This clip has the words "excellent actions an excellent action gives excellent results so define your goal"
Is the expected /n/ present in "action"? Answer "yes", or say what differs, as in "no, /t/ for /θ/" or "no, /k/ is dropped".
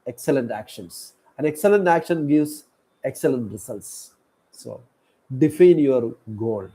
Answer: yes